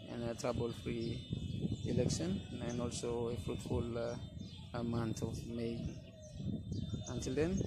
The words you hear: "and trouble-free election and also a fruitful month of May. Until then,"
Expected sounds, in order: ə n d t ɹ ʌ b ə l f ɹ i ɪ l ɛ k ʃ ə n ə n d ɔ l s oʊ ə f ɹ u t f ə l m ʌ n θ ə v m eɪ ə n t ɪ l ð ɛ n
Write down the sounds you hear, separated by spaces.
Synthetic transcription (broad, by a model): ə n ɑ t ɹ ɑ b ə l f ɹ i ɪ l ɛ k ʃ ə n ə n ɔ l s oʊ ə f ɹ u t f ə l m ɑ n t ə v m eɪ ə n t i l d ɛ n